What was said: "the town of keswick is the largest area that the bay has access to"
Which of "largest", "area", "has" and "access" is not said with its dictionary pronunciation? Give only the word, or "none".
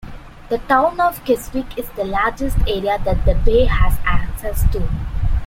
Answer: none